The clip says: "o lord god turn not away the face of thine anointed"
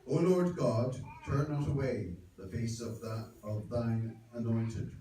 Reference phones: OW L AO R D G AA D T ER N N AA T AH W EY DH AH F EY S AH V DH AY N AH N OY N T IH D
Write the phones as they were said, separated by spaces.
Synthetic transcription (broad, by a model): OW L AO R D G AA D T ER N N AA T AH W EY DH AH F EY S AH V DH AY N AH N OY N T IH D